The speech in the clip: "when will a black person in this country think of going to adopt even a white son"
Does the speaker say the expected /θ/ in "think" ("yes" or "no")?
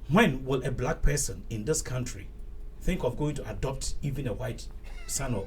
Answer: yes